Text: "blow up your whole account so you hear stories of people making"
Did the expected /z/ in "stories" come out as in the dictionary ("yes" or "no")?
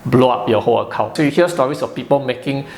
no